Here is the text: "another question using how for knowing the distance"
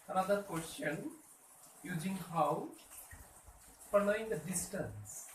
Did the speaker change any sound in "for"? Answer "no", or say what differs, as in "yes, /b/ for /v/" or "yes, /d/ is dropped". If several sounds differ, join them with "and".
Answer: yes, /p/ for /f/